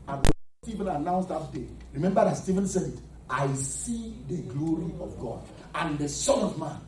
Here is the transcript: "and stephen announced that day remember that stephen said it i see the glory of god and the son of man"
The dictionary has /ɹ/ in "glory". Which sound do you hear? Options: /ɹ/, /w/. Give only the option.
/ɹ/